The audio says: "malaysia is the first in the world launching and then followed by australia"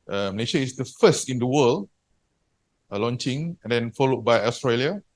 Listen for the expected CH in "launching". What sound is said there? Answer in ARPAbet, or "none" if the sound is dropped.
CH